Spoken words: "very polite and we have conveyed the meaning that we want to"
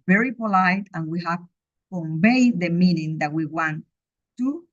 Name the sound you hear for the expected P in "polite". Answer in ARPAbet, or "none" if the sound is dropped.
P